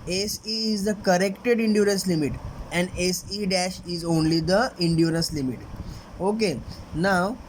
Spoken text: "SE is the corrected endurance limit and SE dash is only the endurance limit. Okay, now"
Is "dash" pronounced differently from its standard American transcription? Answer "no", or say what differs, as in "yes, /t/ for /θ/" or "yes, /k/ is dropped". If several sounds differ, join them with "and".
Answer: no